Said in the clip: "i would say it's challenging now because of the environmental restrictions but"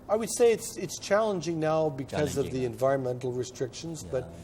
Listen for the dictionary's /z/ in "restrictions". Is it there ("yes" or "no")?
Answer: yes